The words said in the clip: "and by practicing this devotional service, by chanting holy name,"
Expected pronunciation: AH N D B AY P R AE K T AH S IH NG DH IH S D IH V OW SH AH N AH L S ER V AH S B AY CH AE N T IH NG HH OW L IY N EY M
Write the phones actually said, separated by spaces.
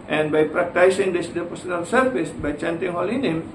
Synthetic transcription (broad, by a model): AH N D B AY P R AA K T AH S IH NG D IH S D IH P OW S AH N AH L S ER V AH S B AY CH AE N T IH NG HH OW L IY N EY M